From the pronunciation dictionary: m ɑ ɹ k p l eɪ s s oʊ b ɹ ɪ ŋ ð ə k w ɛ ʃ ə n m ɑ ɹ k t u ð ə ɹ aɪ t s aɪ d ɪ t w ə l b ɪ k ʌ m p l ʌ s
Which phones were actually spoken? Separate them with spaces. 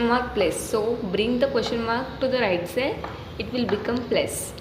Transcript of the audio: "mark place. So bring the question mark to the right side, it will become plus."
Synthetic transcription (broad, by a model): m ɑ ɹ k p l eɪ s s oʊ b ɹ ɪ ŋ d ə k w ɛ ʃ ə n m ɑ ɹ k t u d ə ɹ aɪ t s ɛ ɪ t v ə l b ɪ k ʌ m p l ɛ s